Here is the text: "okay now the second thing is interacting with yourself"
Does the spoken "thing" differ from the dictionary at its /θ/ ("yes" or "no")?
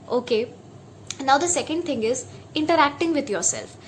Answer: yes